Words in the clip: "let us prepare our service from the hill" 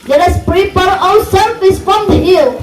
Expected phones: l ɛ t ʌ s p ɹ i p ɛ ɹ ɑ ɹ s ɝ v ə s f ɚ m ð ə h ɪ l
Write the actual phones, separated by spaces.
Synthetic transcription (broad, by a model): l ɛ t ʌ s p ɹ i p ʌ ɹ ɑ l s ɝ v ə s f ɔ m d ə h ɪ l